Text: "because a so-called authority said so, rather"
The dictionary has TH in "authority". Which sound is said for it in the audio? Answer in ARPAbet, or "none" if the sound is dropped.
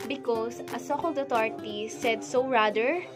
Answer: T